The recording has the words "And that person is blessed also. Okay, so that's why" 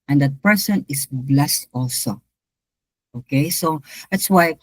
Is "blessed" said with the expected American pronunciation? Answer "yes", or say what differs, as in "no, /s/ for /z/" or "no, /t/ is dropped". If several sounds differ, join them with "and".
yes